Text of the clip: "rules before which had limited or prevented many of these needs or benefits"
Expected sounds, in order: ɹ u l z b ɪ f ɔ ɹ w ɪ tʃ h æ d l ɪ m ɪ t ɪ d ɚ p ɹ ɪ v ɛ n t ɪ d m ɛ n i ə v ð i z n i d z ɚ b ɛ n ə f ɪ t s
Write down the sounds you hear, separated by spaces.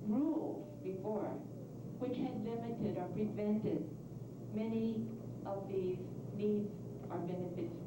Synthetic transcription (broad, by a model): ɹ u l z b ɪ f ɔ ɹ w ɪ tʃ h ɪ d l ɪ m ɪ t ɪ d ɚ p ɹ ɪ v ɛ n t ɪ d m ɛ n i ə v ð i z n i d z ɚ b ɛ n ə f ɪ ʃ